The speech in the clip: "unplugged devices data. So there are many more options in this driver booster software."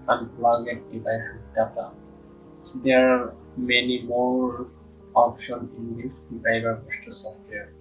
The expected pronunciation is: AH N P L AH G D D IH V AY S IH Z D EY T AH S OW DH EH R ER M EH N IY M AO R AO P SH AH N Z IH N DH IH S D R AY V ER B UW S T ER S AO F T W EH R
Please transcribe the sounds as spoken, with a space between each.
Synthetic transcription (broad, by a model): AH N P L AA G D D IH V AY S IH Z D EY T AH S OW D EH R M EH N IY M AO R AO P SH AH N IH N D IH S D R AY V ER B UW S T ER S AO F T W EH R